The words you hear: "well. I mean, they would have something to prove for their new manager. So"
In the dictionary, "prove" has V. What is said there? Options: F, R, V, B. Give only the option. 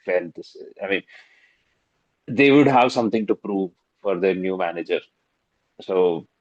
V